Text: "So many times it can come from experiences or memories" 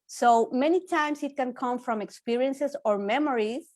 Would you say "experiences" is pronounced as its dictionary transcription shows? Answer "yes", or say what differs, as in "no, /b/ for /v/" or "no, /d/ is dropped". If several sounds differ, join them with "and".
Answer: no, /s/ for /z/